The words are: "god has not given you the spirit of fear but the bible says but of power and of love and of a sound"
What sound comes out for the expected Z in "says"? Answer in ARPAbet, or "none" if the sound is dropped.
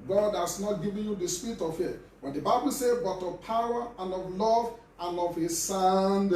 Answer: none